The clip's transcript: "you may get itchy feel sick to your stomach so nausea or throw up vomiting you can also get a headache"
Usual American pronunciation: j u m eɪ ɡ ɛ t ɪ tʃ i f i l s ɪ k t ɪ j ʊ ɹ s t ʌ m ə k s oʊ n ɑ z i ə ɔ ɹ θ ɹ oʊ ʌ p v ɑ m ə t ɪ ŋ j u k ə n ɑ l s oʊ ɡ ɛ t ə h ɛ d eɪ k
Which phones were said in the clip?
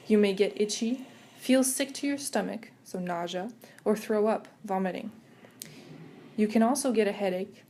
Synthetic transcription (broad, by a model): j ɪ m eɪ ɡ ɛ t ɪ tʃ i f i l s ɪ k t ɪ j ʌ ɹ s t ʌ m ə k s oʊ n ɑ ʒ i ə ɹ θ ɹ oʊ ʌ p v ɑ m ə t ɪ ŋ j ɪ k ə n ɑ l s oʊ ɡ ɛ t ə h ɛ d eɪ k